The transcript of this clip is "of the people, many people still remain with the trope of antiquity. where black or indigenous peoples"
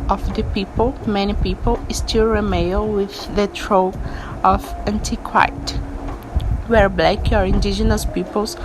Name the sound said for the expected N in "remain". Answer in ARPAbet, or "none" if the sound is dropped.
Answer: L